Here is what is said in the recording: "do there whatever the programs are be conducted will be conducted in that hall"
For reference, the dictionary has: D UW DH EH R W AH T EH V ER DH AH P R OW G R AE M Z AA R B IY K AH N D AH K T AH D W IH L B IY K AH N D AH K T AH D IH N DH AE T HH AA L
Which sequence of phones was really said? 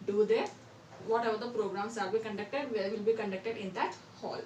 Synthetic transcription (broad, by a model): D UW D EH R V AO T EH V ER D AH P R OW G R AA M S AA L B IY K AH N D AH K T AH D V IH L B IY K AH N D AH K T AH D IH N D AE T HH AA L